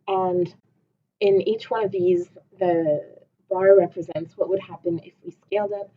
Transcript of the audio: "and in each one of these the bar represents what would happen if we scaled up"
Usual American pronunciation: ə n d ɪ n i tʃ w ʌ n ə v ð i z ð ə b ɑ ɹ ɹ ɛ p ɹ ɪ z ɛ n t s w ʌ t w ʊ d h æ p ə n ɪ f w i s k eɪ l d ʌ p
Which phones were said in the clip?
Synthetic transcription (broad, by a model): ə n ɪ n i tʃ w ʌ n ə v ð i z ð ə b ɑ ɹ ɹ ɛ p ɹ ɪ z ɛ n t s w ʌ t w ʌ d h æ p ə n ɪ f w i s k eɪ l d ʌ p